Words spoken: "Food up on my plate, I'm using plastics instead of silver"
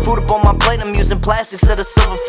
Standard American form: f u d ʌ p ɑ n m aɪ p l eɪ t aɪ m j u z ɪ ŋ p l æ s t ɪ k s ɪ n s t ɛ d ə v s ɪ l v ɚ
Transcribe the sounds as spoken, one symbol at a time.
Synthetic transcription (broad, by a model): f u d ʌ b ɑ l m aɪ p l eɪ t aɪ m j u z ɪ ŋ p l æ s t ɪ k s s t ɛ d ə s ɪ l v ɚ